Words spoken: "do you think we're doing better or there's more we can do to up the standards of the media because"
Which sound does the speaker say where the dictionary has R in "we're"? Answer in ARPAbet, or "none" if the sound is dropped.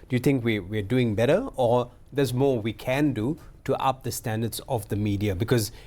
W